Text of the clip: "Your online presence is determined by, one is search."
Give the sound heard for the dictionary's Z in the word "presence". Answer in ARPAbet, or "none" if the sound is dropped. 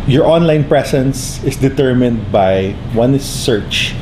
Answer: S